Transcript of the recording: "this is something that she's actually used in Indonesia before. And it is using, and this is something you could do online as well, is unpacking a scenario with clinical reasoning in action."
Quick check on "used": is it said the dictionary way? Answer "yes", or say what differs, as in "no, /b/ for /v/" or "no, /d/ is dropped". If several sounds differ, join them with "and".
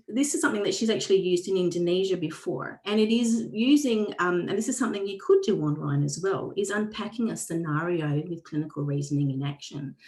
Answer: yes